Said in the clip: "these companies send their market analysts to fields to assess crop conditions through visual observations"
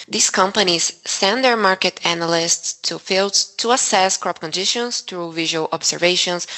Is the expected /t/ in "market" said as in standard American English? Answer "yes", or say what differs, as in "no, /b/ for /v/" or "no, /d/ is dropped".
yes